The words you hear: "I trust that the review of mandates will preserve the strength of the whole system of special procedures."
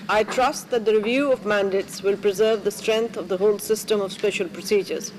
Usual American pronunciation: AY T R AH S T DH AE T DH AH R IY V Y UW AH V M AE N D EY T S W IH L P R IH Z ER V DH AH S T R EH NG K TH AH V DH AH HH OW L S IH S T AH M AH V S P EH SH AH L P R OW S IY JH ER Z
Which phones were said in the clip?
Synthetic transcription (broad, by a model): AY T R AH S T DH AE T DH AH R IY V Y UW AH V M AE N D EY T S W IH L P R IH Z ER V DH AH S T R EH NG K T AH V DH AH HH OW L S IH S T AH M AH V S P EH SH AH L P R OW S IY JH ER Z